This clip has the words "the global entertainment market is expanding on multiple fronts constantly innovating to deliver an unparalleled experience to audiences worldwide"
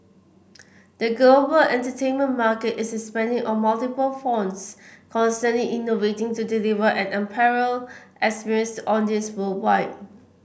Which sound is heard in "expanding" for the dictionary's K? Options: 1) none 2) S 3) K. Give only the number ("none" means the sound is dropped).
1